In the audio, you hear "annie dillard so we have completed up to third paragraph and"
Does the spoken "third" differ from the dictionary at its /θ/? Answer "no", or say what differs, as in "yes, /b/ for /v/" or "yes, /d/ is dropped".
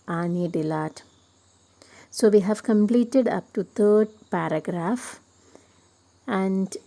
yes, /t/ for /θ/